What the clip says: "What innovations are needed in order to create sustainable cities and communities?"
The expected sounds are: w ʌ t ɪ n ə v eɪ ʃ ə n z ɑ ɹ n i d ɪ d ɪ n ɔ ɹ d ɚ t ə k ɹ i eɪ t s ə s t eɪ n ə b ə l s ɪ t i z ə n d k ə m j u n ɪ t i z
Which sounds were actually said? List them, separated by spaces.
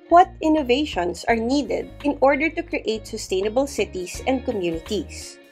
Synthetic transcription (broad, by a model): w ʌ t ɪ n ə v eɪ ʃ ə n s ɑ ɹ n i d ɪ d ɪ n ɔ ɹ d ɚ t ə k ɹ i eɪ t s ə s t eɪ n ə b ə l s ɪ t i s ə n d k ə m j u n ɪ t i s